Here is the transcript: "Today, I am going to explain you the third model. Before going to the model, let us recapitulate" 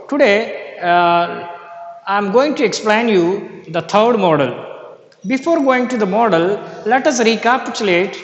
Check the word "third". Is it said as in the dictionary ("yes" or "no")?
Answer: no